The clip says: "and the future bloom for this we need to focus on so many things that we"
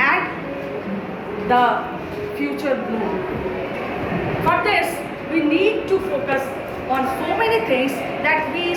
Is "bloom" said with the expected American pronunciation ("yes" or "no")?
no